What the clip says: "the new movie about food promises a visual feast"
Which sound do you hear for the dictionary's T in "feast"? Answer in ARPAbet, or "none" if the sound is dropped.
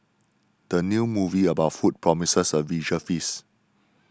none